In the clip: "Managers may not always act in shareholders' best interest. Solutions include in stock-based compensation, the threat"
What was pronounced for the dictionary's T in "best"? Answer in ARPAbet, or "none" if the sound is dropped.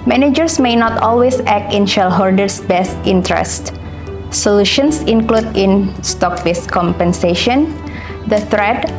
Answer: T